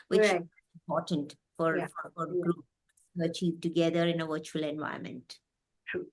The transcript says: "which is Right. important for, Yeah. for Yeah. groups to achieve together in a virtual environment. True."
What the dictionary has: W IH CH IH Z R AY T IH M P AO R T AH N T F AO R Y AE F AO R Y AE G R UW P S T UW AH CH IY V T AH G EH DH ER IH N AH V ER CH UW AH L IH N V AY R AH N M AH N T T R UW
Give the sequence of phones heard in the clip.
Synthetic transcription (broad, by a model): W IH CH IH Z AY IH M P AO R T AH N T F AO R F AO F AO R G R UW P S T UW AH CH IY V T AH G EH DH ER IH N AH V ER CH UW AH L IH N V AY AH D M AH N T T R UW